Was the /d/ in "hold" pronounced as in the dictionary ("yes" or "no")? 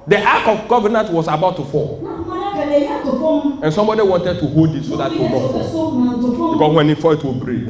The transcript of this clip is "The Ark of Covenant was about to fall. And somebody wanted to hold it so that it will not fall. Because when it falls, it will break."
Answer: yes